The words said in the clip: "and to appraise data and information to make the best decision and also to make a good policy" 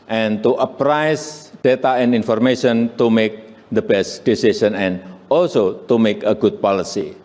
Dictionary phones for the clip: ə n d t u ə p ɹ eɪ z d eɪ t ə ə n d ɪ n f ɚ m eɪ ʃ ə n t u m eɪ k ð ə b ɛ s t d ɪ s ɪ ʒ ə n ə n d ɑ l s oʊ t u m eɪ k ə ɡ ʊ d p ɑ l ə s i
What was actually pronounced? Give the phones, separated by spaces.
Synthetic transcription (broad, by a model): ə n t u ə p ɹ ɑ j d eɪ t ə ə n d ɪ n f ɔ m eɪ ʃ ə n t u m eɪ k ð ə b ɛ s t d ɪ s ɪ s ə n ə n ɑ l s oʊ t u m eɪ k ə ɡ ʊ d p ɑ l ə s i